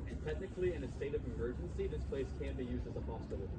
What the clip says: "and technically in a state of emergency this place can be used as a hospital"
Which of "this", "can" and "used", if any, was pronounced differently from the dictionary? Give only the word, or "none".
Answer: none